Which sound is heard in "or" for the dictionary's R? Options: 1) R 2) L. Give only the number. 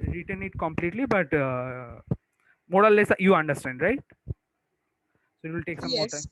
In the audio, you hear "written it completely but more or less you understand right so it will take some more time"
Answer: 2